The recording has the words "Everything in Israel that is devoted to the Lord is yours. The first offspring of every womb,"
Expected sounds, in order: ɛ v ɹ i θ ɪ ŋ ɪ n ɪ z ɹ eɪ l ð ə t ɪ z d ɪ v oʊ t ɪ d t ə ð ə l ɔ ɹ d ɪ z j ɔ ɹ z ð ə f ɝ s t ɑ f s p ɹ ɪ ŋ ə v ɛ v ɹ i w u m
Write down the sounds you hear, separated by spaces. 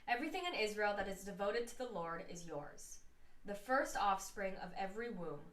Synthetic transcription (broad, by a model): ɛ v ɹ i θ ɪ ŋ ɪ n ɪ z ɹ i l ð ə t ɪ z d ɪ v oʊ t ɪ d t ə ð ə l ɔ ɹ d ɪ z j ɔ ɹ z ð ə f ɝ s t ɑ f s p ɹ ɪ ŋ ə v ɛ v ɹ i w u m